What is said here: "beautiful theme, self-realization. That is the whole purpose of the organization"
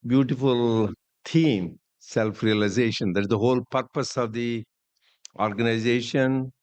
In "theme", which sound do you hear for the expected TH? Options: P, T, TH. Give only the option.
T